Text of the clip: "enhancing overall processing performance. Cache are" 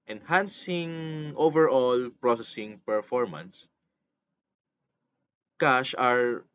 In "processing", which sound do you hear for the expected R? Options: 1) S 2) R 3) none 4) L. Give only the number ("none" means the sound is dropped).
2